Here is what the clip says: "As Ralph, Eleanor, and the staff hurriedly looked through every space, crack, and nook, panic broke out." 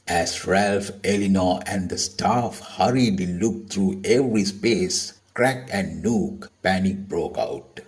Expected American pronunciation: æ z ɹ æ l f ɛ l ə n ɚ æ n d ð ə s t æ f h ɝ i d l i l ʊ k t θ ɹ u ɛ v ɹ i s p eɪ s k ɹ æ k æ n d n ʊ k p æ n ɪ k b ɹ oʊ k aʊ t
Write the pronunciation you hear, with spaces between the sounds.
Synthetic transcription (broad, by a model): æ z ɹ æ l f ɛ l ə n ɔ æ n d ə s t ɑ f h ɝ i d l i l ʊ k t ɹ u ɛ v ɹ i s p eɪ s k ɹ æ k æ n d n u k p æ n ɪ k b ɹ oʊ k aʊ t